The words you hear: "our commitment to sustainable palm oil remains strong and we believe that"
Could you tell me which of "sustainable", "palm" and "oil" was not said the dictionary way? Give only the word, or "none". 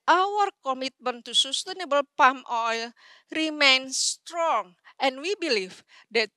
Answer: none